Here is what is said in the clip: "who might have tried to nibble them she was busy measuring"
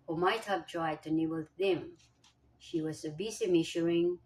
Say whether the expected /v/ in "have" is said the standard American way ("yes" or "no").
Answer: no